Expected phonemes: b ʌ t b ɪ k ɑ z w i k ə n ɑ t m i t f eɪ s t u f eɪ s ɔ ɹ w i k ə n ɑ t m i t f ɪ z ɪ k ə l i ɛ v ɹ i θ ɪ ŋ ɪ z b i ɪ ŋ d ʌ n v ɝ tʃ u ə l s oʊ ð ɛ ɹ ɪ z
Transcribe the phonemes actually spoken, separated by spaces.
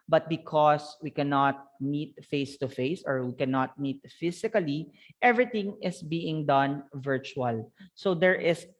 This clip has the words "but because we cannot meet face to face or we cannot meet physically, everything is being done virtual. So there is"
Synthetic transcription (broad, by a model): b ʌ t b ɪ k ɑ s w i k ə n ɑ t m i t f eɪ s t u f eɪ s ɔ ɹ w i k ə n ɑ t m i t f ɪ s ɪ k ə l i ɛ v ɹ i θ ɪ ŋ ɪ s b i ɪ ŋ d ʌ n v ɝ tʃ u ə l s oʊ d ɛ ɹ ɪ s